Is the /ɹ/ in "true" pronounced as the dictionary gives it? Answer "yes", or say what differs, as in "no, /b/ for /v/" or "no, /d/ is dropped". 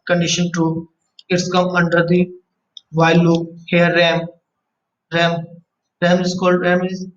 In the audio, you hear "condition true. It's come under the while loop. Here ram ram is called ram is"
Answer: no, /ɹ/ is dropped